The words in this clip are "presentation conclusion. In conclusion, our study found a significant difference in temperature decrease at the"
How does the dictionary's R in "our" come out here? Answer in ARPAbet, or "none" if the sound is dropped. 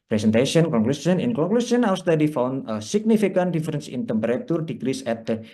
W